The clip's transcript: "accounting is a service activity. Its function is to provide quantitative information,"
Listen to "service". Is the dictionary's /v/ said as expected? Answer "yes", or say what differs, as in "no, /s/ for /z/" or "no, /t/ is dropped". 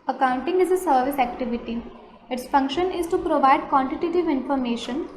yes